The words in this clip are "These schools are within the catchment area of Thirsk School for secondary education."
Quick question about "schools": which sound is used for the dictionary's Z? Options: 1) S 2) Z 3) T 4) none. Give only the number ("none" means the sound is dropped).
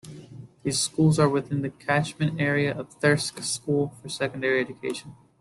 2